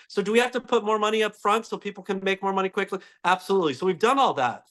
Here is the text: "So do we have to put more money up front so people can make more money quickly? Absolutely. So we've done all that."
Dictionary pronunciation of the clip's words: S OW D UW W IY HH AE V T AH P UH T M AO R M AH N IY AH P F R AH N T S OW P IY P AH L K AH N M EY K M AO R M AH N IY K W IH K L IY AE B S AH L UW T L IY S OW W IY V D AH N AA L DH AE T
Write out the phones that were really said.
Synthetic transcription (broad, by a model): S OW D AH W IY HH AE F T AH P UH T M AO R M AH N IY AH P F R AH N T S OW P IY P L K AH N M EY K M AO R M AH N IY K W IH K L IY AE B S AH L UW T L IY S OW W IY V D AH N AA L DH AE T